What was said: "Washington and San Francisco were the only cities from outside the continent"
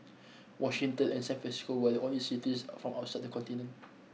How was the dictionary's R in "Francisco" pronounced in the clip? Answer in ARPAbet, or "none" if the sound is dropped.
none